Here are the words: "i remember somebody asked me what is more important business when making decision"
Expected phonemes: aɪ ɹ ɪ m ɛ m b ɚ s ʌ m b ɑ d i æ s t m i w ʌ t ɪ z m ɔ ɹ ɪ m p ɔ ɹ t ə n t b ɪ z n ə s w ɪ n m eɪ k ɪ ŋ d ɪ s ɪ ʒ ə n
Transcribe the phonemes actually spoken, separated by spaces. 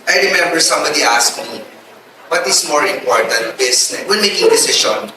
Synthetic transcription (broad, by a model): aɪ ɹ ɪ m ɛ m b ɚ s ʌ m b ɑ d i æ s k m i w ʌ t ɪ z m ɔ ɹ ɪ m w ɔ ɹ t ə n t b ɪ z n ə w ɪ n m eɪ k ɪ ŋ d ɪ s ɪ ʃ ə n